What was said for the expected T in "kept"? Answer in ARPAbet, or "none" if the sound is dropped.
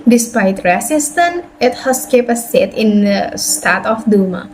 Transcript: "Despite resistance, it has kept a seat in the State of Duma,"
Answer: none